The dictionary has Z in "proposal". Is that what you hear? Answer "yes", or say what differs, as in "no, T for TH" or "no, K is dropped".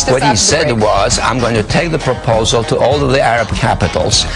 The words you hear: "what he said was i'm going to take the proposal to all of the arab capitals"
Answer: yes